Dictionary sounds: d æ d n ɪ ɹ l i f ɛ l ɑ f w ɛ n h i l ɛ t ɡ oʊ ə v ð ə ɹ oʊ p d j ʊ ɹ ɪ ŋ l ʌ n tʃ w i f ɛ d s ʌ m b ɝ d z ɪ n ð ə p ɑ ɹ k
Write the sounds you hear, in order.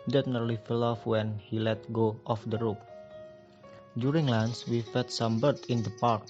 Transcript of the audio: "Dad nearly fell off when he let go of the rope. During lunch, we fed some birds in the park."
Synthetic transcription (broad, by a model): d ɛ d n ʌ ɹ l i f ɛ l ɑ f w ɛ n h i l ɛ t ɡ oʊ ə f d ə ɹ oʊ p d j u ɹ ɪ ŋ l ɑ n s w i f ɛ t s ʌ m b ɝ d ɪ n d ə p ɑ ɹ k